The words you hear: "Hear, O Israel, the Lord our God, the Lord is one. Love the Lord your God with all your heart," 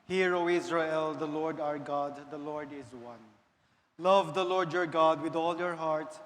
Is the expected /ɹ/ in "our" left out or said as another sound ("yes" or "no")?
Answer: no